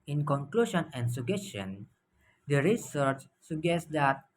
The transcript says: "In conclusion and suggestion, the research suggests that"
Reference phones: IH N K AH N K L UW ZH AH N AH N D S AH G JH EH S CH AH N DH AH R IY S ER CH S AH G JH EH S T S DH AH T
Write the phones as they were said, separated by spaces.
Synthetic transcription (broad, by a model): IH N K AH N K L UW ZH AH N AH N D S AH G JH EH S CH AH N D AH R IY S ER CH S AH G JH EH S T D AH T